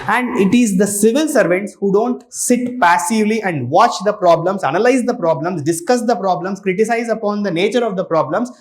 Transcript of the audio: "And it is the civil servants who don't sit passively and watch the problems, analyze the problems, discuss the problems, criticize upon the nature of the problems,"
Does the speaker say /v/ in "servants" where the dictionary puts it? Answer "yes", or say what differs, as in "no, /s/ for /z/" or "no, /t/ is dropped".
yes